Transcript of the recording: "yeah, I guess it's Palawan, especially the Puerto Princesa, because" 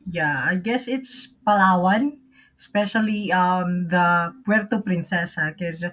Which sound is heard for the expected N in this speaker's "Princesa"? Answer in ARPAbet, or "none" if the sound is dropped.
N